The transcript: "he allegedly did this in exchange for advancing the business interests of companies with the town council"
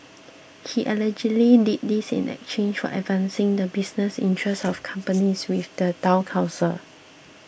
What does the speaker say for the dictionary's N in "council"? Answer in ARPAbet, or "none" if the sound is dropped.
none